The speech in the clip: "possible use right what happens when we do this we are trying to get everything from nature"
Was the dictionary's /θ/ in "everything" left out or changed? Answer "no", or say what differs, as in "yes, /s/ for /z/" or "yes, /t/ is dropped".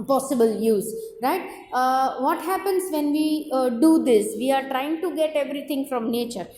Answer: yes, /t/ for /θ/